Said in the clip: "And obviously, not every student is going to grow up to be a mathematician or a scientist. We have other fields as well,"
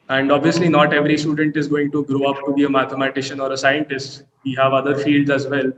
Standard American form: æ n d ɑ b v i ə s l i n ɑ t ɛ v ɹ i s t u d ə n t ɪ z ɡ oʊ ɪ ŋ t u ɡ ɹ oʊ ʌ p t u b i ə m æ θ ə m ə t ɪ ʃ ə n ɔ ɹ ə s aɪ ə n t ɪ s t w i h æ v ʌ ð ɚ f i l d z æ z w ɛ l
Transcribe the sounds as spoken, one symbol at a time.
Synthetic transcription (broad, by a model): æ n d ɑ b v i ə s l i n ɑ t ɛ v ɹ i s t u d ə n t ɪ z ɡ oʊ ɪ ŋ t u ɡ ɹ oʊ ʌ p t u b i ə m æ t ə m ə t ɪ ʃ ə n ɔ ɹ ə s aɪ ə n t ɪ s t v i h æ v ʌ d ɚ f i l d z æ z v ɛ l